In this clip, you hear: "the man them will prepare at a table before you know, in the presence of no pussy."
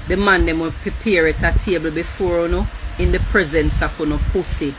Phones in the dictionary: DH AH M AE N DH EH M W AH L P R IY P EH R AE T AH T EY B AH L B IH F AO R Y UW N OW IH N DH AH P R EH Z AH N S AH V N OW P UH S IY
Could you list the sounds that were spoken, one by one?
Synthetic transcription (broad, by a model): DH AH M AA N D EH M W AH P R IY P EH R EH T AH T EY B AH L B IH F AO R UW N OW IH N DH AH P R EH Z AH N S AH F N OW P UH S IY